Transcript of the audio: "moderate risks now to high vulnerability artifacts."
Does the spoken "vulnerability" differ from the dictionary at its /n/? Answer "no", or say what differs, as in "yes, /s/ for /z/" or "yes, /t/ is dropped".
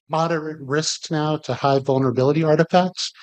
no